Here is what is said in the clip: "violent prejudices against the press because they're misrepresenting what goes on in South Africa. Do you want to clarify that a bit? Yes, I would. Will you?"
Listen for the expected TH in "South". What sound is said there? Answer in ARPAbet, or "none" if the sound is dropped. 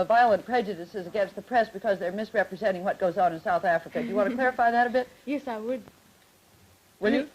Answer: TH